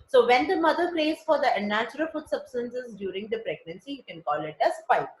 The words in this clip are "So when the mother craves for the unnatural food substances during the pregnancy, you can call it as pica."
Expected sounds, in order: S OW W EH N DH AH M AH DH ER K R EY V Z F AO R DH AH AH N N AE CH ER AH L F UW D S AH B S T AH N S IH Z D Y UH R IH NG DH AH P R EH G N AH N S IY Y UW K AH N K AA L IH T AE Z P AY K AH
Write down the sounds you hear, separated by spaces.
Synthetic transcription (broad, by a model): S OW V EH N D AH M AH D ER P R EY Z F AO R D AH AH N N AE CH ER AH L F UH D S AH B S T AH N S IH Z D Y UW R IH NG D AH P R EH G N AH N S IY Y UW K AH N K AA L IH T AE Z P AY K